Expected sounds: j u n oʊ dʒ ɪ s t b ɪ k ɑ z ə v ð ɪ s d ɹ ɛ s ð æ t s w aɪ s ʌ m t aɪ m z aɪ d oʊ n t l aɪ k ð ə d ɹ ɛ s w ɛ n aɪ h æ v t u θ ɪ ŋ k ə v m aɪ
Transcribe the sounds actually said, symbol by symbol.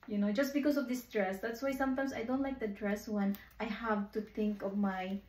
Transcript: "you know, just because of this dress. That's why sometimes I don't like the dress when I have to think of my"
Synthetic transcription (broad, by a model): j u n oʊ dʒ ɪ s b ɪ k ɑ s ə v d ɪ s d ɹ ɛ s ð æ t s w aɪ s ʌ m t aɪ m s aɪ d oʊ n t l aɪ k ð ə d ɹ ɛ s w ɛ n aɪ h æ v t u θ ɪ ŋ k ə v m aɪ